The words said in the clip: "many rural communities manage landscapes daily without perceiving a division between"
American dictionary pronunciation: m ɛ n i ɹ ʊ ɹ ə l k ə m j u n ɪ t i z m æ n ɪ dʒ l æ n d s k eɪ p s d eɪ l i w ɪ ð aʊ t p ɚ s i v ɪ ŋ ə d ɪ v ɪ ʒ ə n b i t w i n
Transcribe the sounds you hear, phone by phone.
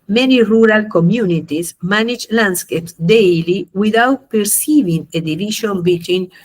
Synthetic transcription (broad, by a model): m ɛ n i ɹ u ɹ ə l k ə m j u n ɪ t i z m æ n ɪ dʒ l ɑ n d s k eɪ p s d eɪ l i w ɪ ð aʊ t p ɚ s i v ɪ ŋ ə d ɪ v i ʃ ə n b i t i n